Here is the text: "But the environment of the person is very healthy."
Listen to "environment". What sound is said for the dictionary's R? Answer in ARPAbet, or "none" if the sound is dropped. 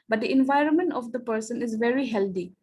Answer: R